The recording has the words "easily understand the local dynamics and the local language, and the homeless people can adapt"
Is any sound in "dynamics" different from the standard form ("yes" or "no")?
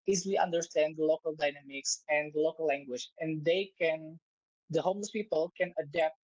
no